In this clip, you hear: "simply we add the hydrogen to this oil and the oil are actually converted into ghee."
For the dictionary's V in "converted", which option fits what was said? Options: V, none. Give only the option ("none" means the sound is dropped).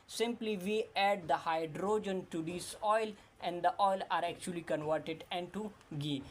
V